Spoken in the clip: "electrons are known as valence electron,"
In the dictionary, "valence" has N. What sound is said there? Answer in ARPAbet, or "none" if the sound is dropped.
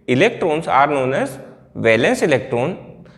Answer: N